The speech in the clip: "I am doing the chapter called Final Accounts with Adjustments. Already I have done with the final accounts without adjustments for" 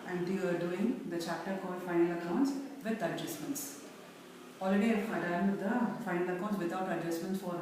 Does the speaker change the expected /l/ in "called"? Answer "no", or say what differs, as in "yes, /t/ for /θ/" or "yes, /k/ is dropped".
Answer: yes, /l/ is dropped